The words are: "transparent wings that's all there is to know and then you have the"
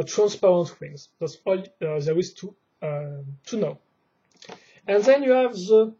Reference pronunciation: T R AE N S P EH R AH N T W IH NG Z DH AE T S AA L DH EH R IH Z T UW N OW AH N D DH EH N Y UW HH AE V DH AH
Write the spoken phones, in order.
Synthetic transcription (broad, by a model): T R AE N S P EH R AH N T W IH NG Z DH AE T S AA L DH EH W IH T T UW N OW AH N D DH EH N Y UW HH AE V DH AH